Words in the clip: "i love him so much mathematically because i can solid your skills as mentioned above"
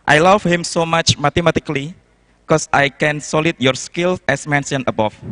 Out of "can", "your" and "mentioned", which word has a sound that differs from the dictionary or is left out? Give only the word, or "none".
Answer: mentioned